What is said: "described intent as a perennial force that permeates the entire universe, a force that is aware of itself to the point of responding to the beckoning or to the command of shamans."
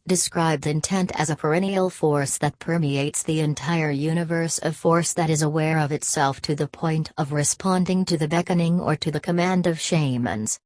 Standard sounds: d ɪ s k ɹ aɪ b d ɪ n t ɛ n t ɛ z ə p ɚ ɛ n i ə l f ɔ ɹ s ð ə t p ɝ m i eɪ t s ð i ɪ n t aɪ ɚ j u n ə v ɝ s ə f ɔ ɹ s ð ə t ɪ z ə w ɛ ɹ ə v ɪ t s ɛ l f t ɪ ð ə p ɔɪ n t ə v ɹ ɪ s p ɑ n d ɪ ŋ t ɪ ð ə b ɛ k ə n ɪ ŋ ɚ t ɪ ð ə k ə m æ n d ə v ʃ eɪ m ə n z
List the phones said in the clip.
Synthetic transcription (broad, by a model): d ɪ s k ɹ aɪ b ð ɪ n t ɛ n t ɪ z ə p ɚ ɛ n i l f ɔ ɹ s ð ə t p ɝ m i eɪ t s ð i ɪ n t aɪ ɚ j u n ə v ɝ s ə f ɔ ɹ s ð ə t ɪ z ə w ɛ ɹ ə v ɪ t s ɛ l f t ɪ ð ə p ɔɪ n t ə v ɹ ɪ s p ɑ n d ɪ ŋ t ɪ ð ə b ɛ k ə n ɪ ŋ ɚ t ɪ ð ə k ə m æ n d ə v ʃ eɪ m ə n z